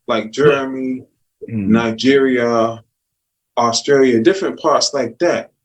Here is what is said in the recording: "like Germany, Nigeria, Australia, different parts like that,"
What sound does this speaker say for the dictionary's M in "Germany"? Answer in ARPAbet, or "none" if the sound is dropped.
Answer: none